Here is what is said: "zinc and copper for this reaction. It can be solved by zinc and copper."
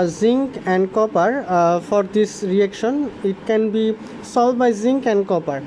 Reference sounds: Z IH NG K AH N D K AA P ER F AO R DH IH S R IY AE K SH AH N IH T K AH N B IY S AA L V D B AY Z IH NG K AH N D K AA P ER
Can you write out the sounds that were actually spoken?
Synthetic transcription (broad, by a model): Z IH NG K AH N D K AA P ER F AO R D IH S R IY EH K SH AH N IH T K AH N B IY S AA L D B AY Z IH NG K AH N D K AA P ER